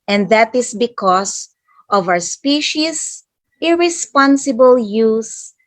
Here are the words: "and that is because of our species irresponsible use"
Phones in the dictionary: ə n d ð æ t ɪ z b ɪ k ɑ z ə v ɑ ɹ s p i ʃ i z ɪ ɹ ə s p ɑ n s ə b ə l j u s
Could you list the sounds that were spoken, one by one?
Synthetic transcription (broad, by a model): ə n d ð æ t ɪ s b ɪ k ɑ s ə v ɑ w s p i ʃ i s ɪ ɹ ə s p ɑ n s ə b ə l j u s